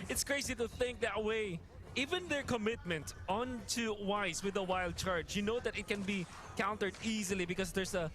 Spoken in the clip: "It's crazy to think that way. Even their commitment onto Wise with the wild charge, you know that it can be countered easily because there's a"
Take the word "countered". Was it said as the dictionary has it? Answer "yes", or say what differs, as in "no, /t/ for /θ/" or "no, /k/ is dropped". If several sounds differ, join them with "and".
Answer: yes